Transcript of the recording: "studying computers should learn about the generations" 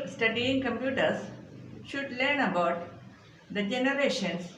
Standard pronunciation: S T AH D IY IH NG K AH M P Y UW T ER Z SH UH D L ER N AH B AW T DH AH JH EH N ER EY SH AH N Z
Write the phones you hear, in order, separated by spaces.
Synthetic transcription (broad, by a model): S T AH D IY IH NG K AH M P Y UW T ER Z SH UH D L ER N AH B AW T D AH JH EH N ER EY SH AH N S